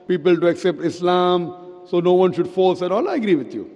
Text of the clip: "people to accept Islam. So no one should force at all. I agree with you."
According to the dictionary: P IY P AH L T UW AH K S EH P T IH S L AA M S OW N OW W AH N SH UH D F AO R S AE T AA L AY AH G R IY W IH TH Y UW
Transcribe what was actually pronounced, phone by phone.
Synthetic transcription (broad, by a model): P IY P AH L T UW AH K S EH P T IH S L AA M S OW N OW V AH N SH UH D F AO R S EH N AA L AY AH G R IY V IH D Y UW